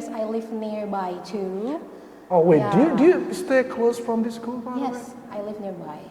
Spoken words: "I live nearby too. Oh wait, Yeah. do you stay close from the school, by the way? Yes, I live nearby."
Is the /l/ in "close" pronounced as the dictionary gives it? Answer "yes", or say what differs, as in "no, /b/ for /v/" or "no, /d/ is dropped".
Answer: yes